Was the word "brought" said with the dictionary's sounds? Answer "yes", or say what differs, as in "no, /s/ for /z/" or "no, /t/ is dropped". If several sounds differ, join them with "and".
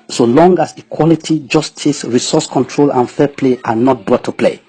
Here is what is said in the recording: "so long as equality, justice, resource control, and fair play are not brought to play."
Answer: no, /ɹ/ is dropped